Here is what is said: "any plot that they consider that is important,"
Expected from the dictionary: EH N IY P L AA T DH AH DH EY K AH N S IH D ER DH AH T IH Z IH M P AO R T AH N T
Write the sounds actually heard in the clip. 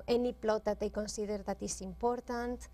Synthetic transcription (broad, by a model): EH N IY P L AA T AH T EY K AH N S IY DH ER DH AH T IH S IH M P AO R T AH N T